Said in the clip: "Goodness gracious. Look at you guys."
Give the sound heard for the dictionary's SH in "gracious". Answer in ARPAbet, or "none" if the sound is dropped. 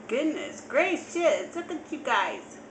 S